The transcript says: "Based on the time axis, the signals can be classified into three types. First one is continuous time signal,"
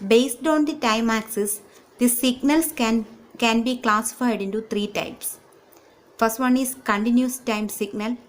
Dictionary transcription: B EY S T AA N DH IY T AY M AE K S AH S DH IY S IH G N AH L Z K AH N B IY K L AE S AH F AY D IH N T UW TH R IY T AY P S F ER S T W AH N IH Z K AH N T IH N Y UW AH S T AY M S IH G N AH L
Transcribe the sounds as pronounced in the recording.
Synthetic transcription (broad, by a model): B EY S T AA N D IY T AY M AE K S AH S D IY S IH G N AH L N K AH N B IY K L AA S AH F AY D IH N T UW T R IY T AY P S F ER S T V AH N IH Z K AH N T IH N Y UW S T AY M S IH G N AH L